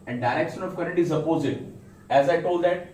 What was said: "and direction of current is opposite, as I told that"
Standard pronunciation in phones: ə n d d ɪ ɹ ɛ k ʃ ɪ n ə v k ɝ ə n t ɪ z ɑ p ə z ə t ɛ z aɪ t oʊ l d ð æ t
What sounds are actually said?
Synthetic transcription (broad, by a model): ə n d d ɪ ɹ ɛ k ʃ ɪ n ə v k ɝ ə t ɪ z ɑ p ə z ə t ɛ z aɪ t oʊ l d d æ t